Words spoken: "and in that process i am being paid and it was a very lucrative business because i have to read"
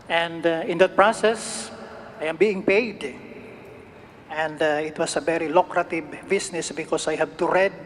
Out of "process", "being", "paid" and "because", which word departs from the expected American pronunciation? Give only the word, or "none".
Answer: because